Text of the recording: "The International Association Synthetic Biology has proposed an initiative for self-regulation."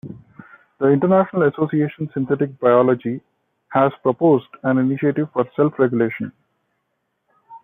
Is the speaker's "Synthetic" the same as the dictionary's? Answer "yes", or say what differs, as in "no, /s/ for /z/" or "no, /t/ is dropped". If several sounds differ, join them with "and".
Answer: no, /t/ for /θ/